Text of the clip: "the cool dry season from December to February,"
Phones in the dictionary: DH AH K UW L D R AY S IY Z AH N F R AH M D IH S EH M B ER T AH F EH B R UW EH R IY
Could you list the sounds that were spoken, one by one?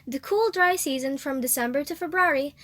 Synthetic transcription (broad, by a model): DH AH K UW L D R AY S IY Z AH N F R AH M D IH S EH M B ER T AH F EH B R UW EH R IY